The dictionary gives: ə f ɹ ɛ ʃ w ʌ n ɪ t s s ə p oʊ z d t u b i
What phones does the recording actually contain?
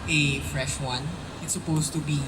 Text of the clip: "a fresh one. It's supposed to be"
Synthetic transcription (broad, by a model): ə f ɹ ɛ ʃ w ʌ n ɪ t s s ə p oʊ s t u b i